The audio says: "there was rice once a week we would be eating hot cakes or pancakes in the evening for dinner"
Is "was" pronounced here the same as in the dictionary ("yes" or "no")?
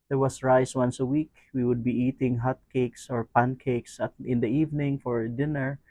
no